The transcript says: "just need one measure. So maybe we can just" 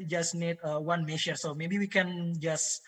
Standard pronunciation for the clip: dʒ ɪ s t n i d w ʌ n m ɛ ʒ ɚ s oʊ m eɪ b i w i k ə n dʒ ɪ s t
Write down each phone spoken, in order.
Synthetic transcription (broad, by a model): dʒ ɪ s n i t w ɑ n m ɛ ʃ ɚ s oʊ m eɪ b i w i k ə n dʒ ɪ s